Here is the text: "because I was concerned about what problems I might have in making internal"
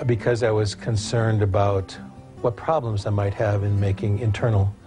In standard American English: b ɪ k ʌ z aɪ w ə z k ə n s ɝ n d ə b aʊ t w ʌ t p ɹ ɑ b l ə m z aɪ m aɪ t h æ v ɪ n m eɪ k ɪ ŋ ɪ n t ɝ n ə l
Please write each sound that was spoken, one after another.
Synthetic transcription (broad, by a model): b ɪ k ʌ z aɪ w ə z k ə n s ɝ n d ə b aʊ t w ʌ t p ɹ ɑ b l ə m z aɪ m aɪ t h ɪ v ɪ n m eɪ k ɪ ŋ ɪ n t ɝ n l